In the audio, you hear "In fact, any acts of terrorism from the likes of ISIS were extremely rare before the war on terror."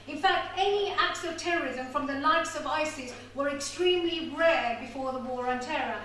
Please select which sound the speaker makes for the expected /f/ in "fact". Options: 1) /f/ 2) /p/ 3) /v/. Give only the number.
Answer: 1